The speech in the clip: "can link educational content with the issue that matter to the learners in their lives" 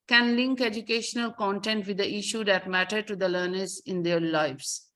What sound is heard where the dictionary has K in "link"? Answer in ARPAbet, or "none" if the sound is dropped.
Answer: K